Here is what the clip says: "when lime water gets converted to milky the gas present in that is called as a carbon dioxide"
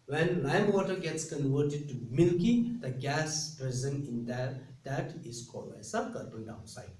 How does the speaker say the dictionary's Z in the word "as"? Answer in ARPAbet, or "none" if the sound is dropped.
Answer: S